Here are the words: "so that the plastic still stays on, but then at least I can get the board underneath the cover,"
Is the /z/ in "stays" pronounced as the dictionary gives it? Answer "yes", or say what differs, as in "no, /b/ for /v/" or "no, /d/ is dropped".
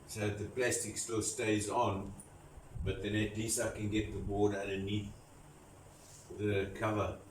yes